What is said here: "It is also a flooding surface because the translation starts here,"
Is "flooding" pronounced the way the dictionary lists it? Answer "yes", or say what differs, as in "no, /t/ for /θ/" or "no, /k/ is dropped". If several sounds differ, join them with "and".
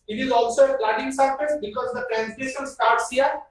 no, /p/ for /f/